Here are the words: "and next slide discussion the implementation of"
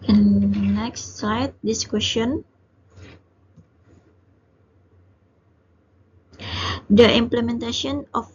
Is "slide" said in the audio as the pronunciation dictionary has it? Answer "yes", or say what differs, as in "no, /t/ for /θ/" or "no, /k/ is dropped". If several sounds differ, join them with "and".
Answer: no, /l/ is dropped